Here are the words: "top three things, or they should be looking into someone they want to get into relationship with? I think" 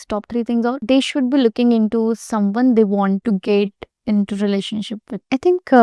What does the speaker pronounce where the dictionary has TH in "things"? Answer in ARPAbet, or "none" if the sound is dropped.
T